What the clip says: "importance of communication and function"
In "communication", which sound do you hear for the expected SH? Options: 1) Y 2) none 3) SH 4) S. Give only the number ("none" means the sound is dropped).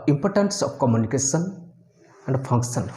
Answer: 4